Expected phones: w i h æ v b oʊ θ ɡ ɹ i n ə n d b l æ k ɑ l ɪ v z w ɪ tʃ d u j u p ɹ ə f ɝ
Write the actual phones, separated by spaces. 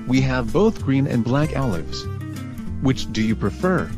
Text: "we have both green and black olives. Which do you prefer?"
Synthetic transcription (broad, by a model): w i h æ v b oʊ θ ɡ ɹ i n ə n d b l æ k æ l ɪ v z w ɪ tʃ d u j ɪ p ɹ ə f ɝ